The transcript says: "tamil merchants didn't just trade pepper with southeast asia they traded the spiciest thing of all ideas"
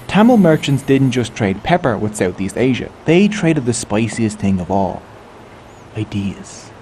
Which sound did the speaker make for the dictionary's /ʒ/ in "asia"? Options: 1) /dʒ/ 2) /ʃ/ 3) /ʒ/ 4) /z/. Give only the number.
3